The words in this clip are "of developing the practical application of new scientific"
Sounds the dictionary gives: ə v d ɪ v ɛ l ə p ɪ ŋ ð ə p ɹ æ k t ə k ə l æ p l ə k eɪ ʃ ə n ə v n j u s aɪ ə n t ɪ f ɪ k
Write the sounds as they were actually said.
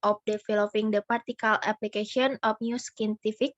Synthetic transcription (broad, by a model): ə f d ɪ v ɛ l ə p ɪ ŋ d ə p ɑ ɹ t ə k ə l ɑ p l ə k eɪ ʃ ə n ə f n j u s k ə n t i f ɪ k